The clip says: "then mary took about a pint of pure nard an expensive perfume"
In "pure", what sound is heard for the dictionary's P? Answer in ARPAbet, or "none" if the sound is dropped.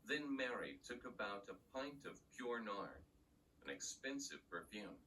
P